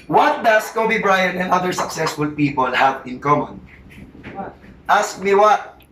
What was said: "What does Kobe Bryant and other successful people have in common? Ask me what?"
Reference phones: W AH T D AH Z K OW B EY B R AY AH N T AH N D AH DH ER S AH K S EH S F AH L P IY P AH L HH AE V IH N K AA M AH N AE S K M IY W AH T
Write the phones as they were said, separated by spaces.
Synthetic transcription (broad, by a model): W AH T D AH S K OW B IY B R AY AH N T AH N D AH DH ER S AH K S EH S F AH L P IY P AH L HH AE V IH N K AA M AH N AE S K M IY W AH T